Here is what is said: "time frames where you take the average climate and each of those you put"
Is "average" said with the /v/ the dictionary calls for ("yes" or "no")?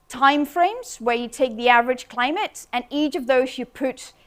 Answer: yes